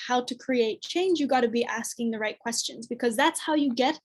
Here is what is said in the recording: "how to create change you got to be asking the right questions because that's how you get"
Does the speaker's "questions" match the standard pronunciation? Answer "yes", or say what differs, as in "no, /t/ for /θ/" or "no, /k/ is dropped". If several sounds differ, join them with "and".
yes